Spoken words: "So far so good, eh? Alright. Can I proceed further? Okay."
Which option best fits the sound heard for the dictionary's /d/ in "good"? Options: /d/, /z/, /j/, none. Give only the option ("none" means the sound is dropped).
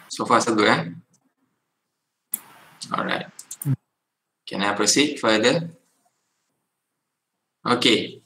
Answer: none